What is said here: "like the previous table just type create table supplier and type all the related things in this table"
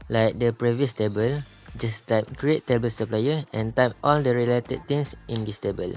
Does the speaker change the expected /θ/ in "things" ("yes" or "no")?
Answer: yes